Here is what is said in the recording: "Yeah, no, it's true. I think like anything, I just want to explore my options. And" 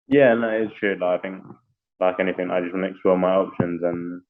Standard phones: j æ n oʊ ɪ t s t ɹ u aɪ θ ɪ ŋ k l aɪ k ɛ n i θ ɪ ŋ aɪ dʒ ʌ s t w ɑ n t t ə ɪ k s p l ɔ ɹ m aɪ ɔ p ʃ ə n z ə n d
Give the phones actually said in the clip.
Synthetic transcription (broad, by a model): j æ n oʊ ɪ t s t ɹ u aɪ θ ɪ ŋ k l aɪ k ɛ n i θ ɪ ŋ aɪ dʒ ʌ s t w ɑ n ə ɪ k s p l ɔ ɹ m aɪ ɔ p ʃ ə n z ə n